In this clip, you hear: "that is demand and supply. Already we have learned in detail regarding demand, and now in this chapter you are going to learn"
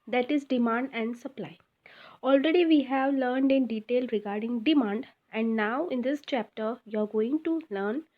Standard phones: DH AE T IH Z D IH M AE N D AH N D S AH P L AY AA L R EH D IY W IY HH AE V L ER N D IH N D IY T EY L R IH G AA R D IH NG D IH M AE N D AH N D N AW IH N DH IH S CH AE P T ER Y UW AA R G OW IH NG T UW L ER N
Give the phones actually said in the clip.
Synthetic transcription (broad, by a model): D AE T IH Z D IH M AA N D AH N D S AH P L AY AA L R EH D IY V IY HH AE V L ER N D IH N D IY T EY L R IH G AA R D IH NG D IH M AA N D AH N D N AW IH N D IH S CH AE P T ER Y UW AA R G OW IH NG T UW L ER N